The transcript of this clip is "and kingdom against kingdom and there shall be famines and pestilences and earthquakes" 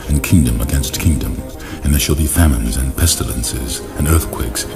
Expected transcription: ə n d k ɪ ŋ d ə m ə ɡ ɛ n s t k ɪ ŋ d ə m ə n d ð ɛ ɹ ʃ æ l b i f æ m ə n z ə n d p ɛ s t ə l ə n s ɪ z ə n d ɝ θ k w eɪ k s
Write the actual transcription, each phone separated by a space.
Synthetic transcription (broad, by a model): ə n k ɪ ŋ d ə m ə ɡ ɛ n s t k ɪ ŋ d ə m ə n ð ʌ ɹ ʃ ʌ l b i f æ m ə n z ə n p ɛ s t ə l ə n s ɪ z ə n ɝ θ k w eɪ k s